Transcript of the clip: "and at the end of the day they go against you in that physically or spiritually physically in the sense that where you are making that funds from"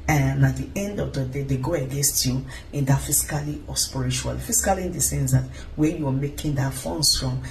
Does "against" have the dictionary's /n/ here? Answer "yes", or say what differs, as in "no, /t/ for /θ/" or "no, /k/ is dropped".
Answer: yes